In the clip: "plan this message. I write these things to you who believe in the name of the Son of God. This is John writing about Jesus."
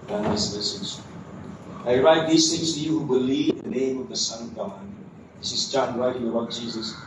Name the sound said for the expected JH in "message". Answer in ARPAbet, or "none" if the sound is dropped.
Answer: Z